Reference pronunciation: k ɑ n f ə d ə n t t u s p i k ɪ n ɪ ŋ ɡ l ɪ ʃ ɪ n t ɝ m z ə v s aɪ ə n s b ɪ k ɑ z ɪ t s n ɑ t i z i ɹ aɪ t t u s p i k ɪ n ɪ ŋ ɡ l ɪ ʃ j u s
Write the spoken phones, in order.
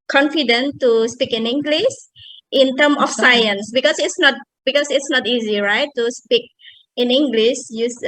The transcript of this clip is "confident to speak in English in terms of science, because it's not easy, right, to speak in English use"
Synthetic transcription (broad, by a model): k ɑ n f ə d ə n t t u s p i k ɪ n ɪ ŋ ɡ l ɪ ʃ ɪ n t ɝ m ə f s aɪ ə n s b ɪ k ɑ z ɪ t s n ɑ t i z i ɹ aɪ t t u s p i k ɪ n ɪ ŋ ɡ l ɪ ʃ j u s